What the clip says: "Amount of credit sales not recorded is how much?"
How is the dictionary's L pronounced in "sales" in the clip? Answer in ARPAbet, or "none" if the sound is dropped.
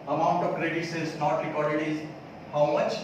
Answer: none